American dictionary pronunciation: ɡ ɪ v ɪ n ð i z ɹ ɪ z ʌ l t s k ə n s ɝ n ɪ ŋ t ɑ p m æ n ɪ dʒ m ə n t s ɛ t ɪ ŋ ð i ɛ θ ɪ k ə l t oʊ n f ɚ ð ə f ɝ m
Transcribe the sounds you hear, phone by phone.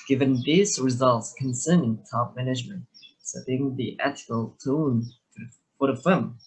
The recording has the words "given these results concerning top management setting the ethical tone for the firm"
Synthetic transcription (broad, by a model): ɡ ɪ v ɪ n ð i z ɹ ɪ z ʌ l t s k ə n s ɝ n ɪ ŋ t ɑ p m æ n ɪ dʒ m ə n t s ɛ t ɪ ŋ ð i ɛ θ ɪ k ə l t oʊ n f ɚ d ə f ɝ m